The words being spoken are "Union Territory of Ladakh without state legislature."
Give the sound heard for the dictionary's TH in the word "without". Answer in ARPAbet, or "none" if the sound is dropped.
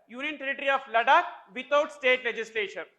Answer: T